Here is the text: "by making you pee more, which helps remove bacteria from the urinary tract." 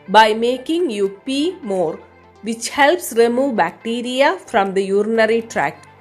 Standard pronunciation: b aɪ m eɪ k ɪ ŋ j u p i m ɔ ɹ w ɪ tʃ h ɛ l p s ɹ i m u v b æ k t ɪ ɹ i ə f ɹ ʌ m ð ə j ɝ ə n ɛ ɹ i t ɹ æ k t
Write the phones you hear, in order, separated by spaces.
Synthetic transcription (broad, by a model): b aɪ m eɪ k ɪ ŋ j u p i m ɔ ɹ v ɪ tʃ h ɛ l p s ɹ i m u v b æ k t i ɹ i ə f ɹ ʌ m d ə j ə n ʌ ɹ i t ɹ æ k